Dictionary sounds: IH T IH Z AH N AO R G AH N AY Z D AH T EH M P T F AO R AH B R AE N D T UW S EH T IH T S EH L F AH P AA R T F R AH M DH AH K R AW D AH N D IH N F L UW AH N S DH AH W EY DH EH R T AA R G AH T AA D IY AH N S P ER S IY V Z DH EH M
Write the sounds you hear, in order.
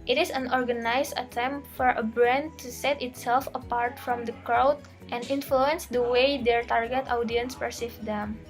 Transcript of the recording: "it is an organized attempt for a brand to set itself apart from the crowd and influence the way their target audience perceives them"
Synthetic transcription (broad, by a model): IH T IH S AH N AO R G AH N AY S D AH T EH M P T F AO R AH B R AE N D T UW S EH T IH T S EH L F AH P AA R T F R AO M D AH K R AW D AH N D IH N F L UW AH N S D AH W EY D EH R T AA R G AH T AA D IY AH N S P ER S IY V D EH M